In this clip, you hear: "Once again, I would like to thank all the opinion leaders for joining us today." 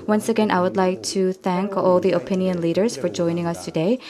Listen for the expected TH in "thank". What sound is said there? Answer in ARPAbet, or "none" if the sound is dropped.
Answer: TH